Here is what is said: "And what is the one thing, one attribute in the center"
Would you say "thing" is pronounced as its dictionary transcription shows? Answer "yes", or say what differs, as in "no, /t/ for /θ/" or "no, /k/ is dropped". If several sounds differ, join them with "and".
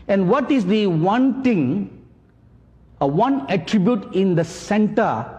no, /t/ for /θ/